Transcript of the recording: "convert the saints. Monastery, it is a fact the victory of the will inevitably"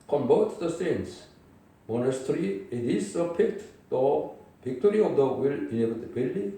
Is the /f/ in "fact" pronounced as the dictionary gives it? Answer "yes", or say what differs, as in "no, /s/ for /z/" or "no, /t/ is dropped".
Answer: no, /p/ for /f/